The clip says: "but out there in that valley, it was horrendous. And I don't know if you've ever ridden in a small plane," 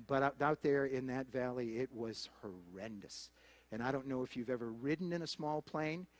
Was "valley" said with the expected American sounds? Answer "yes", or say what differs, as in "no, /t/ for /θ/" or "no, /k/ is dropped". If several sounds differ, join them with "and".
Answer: yes